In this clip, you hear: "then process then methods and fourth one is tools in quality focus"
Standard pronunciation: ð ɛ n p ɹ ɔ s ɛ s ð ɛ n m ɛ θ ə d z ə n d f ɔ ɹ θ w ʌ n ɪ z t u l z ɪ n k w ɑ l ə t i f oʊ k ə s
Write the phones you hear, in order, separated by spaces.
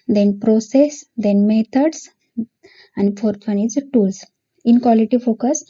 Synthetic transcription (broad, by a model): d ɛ n p ɹ ɔ s ɛ s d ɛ n m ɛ t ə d s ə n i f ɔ ɹ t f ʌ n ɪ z t u l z ɪ n k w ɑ l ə t i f oʊ k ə s